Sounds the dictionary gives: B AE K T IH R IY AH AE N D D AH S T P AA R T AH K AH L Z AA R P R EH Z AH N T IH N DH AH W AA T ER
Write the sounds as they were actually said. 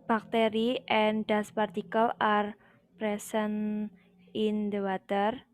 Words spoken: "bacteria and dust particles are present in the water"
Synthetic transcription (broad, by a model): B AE K T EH R IY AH N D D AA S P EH R T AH K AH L AA R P R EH S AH N IH N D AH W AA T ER